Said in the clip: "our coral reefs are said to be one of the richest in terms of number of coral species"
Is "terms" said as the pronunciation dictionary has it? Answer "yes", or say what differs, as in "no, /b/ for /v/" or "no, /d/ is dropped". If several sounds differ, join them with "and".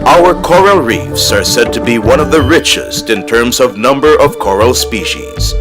yes